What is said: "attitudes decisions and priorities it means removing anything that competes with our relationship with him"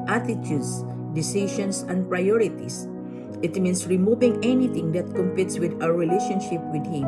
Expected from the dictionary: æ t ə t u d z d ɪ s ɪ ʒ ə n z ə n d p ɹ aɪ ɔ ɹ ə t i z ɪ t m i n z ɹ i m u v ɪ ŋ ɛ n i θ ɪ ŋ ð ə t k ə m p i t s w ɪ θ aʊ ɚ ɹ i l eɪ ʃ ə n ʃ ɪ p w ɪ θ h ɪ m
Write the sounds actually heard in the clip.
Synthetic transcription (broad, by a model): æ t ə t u d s d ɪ s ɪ ʃ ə n s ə n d p ɹ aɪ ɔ ɹ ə t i s ɪ t m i n s ɹ i m u v ɪ ŋ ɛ n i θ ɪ ŋ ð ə t k ə m p i t s w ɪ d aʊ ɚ ɹ i l eɪ ʃ ə n ʃ ɪ p w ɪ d h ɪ m